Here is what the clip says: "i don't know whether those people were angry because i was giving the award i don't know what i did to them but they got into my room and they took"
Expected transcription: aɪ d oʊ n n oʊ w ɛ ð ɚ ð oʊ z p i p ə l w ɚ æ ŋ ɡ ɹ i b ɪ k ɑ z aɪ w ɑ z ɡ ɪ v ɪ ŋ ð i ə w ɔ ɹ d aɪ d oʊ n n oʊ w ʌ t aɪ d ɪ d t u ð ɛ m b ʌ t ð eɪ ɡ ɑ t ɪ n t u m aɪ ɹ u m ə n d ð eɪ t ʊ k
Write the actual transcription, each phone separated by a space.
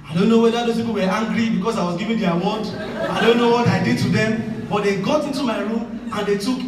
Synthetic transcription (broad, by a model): aɪ d oʊ n n oʊ w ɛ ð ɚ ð oʊ s p i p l w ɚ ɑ ŋ ɡ ɹ i b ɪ k ɑ s aɪ w ɑ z ɡ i v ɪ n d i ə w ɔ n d aɪ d oʊ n n oʊ w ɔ t aɪ d ɪ d t u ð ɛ m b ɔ t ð eɪ ɡ ɑ t ɪ n t u m aɪ ɹ u m ə n d eɪ t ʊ k